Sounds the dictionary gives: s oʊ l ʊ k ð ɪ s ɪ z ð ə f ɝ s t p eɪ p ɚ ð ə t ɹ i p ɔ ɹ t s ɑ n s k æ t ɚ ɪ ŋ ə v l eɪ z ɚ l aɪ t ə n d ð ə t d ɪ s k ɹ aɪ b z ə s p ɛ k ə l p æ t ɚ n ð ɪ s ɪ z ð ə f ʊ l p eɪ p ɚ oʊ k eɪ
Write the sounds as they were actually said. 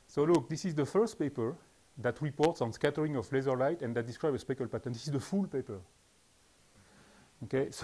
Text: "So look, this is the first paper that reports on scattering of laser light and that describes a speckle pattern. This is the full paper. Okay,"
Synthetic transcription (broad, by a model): s oʊ l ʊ k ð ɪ s ɪ z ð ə f ɝ s t p eɪ p ɚ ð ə t ɹ i p ɔ ɹ t s ɑ n s k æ t ɚ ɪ ŋ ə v l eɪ z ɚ l aɪ t ə n d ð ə t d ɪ s k ɹ aɪ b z ə s p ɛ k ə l p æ t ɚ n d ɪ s ɪ z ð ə f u l p eɪ p ɚ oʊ k eɪ